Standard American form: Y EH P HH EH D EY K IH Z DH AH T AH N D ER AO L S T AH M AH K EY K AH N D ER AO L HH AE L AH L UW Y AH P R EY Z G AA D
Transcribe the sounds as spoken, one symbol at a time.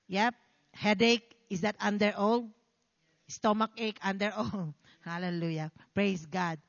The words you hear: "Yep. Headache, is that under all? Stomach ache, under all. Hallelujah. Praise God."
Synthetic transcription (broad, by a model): Y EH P HH EH D EY K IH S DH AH T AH N D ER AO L S T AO M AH K EY K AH N D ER AO L HH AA L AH L UW Y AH P R EY S G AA D